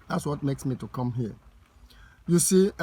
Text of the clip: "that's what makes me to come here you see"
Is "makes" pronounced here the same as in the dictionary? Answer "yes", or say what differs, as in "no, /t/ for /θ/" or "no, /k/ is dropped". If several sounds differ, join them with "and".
yes